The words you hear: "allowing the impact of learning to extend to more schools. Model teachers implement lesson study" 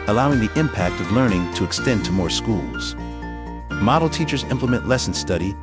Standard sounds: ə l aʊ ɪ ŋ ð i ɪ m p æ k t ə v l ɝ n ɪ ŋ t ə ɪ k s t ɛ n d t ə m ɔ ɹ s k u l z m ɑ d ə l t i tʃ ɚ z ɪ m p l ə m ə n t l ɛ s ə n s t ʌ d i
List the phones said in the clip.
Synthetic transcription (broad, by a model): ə l aʊ ɪ ŋ ð i ɪ m p æ k t ə v l ɝ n ɪ ŋ t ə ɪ k s t ɛ n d t ə m ɔ ɹ s k u l z m ɑ d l t i tʃ ɚ z ɪ m p l ə m ə n t l ɛ s n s t ʌ d i